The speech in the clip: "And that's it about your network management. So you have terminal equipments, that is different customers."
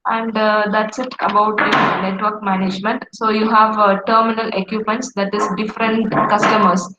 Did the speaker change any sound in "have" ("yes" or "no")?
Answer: no